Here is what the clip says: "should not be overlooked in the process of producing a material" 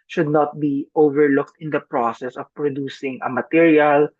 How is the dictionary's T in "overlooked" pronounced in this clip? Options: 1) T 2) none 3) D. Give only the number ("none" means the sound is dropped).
1